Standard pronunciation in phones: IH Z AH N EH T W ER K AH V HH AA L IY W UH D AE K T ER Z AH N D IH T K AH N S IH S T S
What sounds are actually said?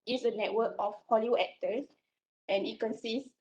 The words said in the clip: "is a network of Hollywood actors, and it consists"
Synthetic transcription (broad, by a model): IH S AH N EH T W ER K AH F HH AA L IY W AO EH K T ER S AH N IH T K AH N S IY S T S